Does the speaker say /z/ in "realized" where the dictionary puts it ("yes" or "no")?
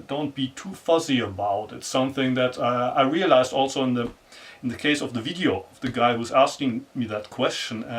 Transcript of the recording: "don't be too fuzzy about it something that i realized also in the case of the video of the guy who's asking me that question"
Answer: yes